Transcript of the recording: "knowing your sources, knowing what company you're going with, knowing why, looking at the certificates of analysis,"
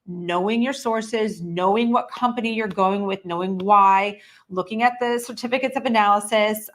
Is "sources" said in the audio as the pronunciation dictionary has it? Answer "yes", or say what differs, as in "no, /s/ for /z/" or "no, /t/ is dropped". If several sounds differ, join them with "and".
yes